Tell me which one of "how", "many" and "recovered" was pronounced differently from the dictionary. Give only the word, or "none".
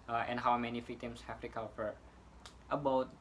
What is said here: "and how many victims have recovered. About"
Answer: recovered